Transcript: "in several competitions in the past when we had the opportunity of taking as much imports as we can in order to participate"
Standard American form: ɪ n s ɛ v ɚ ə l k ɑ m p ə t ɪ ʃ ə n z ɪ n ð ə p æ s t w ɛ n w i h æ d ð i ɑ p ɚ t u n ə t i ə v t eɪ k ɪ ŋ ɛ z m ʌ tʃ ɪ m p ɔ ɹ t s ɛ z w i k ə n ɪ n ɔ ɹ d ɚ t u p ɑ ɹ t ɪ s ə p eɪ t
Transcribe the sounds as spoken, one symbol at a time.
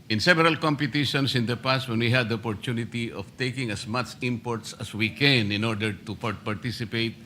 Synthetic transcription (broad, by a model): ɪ n s ɛ v ɚ ə l k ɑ m p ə t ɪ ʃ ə n s ɪ n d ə p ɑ s t w ɛ n w i h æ d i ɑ p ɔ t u n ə t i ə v t eɪ k ɪ ŋ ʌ s m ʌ tʃ ɪ m p ɔ ɹ t s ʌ s w i k ə n ɪ n ɔ ɹ d ɚ t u p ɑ ɹ t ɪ s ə p eɪ t